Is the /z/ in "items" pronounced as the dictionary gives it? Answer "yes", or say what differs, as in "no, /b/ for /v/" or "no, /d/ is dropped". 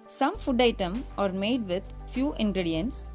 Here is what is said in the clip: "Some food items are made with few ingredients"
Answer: no, /z/ is dropped